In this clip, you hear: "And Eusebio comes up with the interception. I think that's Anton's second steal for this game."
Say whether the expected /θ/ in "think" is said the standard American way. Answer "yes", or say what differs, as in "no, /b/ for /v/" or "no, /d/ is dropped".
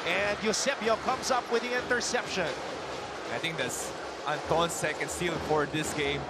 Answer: no, /t/ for /θ/